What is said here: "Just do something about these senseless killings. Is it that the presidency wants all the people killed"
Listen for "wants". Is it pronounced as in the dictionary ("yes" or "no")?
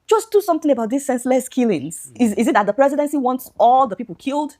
yes